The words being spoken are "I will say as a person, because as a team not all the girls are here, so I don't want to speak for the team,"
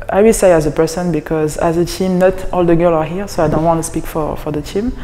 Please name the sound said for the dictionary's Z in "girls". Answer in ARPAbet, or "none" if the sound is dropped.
none